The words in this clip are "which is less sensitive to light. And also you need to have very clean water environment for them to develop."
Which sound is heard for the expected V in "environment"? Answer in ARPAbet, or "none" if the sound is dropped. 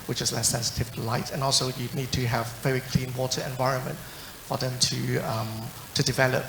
V